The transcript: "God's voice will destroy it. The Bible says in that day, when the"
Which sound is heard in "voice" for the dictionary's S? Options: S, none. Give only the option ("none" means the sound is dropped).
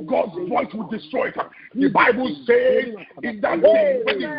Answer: S